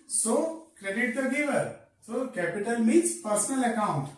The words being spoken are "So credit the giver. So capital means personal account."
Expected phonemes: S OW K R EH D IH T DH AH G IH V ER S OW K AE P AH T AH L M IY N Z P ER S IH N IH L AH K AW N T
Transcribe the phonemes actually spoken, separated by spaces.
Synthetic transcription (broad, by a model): S OW K R EH D IH T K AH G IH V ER S OW K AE P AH T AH L M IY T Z P ER S IH N IH L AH K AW N T